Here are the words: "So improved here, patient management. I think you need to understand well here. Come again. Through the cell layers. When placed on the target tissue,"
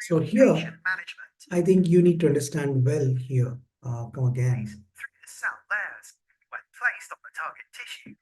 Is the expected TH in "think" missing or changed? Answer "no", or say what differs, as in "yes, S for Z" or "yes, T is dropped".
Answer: yes, T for TH